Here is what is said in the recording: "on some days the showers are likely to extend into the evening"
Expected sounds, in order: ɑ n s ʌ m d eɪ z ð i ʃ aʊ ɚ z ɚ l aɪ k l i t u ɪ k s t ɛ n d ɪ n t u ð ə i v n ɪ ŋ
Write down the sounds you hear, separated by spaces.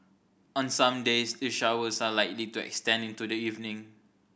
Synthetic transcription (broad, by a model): ɑ n s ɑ m d eɪ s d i ʃ aʊ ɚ s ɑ l aɪ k l i t u ɪ k s t ɛ n d ɪ n t u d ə i v n ɪ ŋ